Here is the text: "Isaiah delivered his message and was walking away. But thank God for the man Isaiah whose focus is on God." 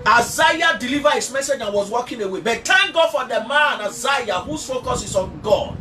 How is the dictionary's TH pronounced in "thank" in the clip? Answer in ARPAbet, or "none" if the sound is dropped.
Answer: T